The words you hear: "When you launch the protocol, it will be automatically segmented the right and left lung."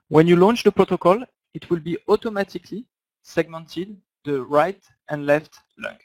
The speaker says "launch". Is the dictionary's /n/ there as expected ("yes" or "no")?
yes